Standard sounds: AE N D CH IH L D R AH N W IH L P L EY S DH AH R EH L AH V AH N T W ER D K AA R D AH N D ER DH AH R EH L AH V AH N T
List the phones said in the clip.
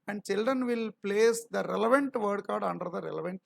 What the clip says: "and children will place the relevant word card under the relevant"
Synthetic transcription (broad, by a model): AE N D CH IH L D R AH N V IH L P L EY S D AH R EH L AH V AH N T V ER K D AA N D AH D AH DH AH R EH L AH V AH N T